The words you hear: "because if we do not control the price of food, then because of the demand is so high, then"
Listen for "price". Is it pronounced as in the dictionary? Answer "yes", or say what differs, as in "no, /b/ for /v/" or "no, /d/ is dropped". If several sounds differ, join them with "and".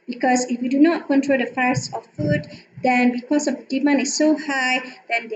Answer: no, /f/ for /p/